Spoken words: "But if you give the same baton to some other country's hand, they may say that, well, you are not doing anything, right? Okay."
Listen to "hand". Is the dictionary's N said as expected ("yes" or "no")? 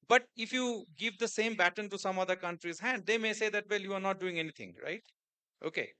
no